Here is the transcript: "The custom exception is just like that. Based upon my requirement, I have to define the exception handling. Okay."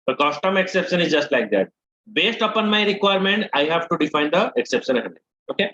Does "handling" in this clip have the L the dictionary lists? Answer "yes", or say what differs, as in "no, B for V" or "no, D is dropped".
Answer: no, N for L